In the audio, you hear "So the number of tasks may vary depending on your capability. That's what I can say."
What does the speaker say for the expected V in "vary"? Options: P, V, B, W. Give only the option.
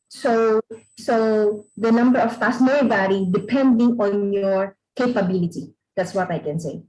B